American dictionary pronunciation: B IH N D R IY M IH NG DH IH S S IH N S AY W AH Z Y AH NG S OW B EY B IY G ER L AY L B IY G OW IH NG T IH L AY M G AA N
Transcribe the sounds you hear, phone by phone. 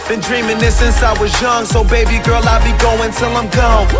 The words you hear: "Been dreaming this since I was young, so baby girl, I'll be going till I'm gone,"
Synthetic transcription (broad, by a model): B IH N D R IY M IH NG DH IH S S IH N S AY W AH Z Y AH NG S OW B EY B IY G ER L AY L B IY G OW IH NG T IH L AY M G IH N